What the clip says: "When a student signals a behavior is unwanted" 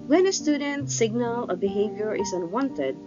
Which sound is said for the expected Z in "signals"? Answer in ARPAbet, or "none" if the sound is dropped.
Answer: none